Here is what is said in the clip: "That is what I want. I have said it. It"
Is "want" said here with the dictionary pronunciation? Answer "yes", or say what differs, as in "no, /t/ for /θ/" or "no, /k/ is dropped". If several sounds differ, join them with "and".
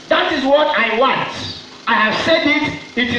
yes